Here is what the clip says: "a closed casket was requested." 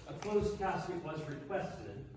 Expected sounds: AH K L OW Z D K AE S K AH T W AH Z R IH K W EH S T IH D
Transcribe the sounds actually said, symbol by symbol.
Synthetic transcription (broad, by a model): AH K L OW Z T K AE S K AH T W AH Z R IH K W EH S T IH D